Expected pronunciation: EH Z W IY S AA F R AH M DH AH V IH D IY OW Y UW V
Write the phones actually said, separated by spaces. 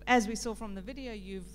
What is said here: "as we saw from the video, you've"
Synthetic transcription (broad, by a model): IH Z W IY S AA F R AH M DH AH V IH D IY OW Y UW V